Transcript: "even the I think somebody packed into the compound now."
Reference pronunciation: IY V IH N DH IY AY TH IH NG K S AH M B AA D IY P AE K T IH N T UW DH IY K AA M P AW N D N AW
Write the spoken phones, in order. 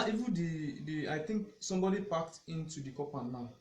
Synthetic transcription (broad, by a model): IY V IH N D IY AY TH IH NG K S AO M B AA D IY P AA K T IH N T UW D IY K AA P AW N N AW